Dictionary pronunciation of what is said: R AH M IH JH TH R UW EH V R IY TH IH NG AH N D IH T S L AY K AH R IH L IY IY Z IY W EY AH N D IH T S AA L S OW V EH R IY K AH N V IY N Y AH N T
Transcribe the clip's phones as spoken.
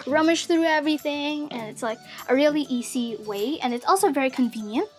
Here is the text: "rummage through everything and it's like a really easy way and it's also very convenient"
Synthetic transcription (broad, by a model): R AH M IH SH TH R UW EH V R IY TH IH NG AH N IH T S L AY K AH R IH L IY IY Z IY W EY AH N IH T S AA L S OW V EH R IY K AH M V IY N Y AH N T